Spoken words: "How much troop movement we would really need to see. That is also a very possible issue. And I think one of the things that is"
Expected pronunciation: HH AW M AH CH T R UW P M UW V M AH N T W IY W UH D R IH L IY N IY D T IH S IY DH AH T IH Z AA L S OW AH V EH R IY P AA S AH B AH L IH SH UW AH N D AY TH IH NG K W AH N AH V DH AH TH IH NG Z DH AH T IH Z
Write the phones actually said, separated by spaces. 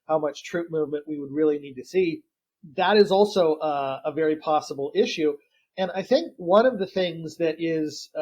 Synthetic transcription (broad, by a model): HH AW M AH CH T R UW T M UW V M AH N T W IY W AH D R IH L IY N IY D T IH S IY DH AH T IH Z AA L S OW AH V EH R IY P AA S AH B L IH SH UW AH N AY TH IH NG K W AH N AH V DH AH TH IH NG Z DH AH T IH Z